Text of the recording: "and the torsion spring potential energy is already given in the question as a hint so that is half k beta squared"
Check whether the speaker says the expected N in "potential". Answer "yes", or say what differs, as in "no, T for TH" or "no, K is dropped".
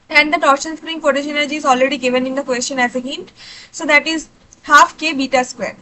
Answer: no, N is dropped